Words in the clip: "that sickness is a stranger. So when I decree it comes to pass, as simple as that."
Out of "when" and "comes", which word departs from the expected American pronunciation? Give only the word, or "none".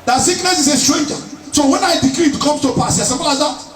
comes